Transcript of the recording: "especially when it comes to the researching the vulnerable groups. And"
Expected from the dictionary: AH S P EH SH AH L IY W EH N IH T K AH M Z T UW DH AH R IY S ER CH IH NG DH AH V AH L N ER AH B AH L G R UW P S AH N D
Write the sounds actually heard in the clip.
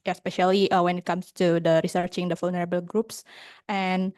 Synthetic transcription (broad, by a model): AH S P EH SH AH L IY W EH N IH T K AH M S T UW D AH R IY S ER CH IH NG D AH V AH L N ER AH B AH L G R UW P S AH N